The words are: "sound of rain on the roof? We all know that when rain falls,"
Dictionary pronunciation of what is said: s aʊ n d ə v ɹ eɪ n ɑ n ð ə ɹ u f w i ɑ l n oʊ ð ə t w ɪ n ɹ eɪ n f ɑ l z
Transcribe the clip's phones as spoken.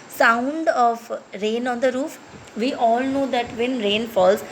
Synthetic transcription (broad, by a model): s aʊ n d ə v ɹ eɪ n ɑ n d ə ɹ u f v i ɑ l n oʊ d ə t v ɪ n ɹ eɪ n f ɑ l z